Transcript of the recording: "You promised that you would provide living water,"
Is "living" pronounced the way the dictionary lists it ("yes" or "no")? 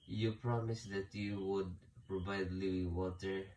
no